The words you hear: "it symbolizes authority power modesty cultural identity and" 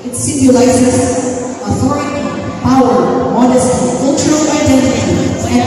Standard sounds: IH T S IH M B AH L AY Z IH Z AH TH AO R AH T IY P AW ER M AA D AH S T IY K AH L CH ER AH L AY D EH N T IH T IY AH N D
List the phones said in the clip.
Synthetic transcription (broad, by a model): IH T S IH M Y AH L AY S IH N AH TH AO R AH T IY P AW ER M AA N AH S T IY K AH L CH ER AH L AY D EH N T IH T IY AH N